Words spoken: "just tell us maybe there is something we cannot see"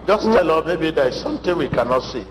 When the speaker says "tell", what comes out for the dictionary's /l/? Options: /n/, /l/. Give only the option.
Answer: /l/